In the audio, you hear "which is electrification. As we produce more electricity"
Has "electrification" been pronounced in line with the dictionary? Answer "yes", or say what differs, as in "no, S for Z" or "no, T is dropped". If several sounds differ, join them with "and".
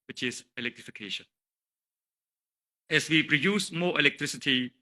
yes